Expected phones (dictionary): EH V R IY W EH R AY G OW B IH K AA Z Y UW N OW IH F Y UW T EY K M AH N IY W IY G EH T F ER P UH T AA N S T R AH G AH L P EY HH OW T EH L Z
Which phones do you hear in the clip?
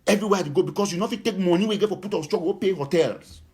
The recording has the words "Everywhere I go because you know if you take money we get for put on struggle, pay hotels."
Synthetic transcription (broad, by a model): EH V R IY W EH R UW G OW B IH K AA S Y UW N OW F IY T EY K M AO N IY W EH G EH T F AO P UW T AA S T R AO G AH W P EY HH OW T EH L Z